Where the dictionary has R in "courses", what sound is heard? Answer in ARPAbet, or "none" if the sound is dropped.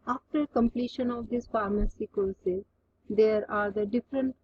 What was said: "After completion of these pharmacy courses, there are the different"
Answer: L